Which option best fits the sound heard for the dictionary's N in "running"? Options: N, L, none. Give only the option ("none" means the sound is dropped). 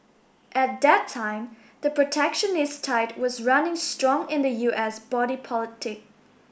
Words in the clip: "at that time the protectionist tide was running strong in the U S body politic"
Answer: N